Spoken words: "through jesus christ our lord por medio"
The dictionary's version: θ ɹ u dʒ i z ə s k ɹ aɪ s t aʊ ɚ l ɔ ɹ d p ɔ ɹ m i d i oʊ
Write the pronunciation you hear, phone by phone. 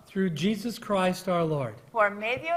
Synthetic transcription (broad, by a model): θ ɹ u dʒ i z ə s k ɹ aɪ s t aʊ ɚ l ɔ ɹ d f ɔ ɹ m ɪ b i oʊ